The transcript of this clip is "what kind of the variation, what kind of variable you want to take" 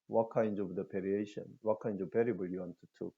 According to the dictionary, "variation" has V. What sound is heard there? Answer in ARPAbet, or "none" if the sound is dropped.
P